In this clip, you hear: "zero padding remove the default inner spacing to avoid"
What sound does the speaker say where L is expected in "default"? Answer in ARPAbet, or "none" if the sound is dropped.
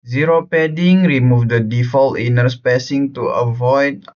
L